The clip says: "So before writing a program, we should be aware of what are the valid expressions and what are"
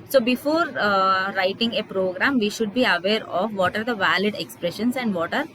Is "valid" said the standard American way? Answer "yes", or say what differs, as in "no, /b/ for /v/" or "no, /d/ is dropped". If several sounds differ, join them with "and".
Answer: yes